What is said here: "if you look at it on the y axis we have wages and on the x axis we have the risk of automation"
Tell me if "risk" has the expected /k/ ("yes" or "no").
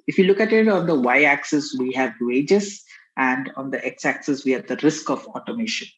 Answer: yes